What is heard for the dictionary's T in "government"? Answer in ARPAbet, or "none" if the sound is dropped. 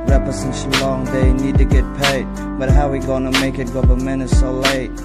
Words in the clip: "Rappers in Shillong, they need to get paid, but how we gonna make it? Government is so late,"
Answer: none